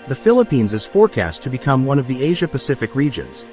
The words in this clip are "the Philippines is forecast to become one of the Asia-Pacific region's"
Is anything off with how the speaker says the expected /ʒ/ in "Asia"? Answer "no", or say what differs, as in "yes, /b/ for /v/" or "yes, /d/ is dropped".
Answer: no